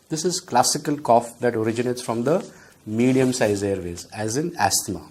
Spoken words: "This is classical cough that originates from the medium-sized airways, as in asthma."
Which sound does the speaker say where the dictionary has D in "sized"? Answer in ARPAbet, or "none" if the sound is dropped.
none